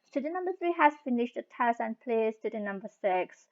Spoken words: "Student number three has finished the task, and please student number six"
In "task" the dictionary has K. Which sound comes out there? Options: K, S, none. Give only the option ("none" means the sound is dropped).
none